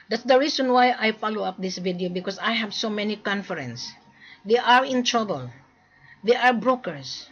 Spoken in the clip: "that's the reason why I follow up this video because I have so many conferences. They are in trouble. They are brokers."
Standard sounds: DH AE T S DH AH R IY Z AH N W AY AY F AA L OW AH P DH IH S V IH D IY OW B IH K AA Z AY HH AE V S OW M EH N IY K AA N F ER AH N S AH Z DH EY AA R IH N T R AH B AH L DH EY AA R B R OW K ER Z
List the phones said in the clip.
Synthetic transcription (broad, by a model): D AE T S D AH R IY S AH N W AY AY F AA L OW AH P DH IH S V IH D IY OW B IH K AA S AY HH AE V S OW M EH N IY K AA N F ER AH N S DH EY AA R IH N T R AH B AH L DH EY AA R B R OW K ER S